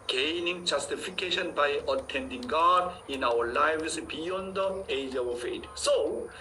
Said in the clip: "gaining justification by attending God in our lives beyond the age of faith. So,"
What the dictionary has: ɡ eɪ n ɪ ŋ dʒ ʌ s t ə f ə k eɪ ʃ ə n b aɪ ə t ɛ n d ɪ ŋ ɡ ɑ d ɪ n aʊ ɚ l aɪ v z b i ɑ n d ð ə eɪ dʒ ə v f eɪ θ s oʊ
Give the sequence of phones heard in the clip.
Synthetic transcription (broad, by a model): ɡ eɪ n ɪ ŋ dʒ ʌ s t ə f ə k eɪ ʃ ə n b aɪ ə t ɛ n d ɪ ŋ ɡ ɑ d ɪ n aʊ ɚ l aɪ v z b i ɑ n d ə eɪ dʒ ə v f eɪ t s oʊ